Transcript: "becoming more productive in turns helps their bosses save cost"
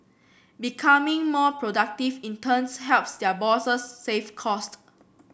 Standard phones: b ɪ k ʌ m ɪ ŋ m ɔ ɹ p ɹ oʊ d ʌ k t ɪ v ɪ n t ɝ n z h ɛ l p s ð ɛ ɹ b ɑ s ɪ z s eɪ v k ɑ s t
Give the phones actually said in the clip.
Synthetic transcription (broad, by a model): b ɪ k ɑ m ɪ ŋ m ɔ p ɹ oʊ d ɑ k t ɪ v ɪ n t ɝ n s h ɛ l p s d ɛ b ɑ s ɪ s eɪ f k ɑ s t